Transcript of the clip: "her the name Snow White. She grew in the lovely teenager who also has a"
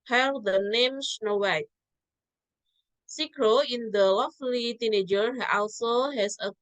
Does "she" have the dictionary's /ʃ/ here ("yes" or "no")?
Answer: no